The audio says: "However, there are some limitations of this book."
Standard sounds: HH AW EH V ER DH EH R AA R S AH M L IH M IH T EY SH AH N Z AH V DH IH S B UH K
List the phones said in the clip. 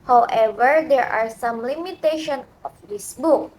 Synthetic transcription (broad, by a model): HH AW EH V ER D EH R AA R S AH M L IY M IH T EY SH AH N AH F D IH S B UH K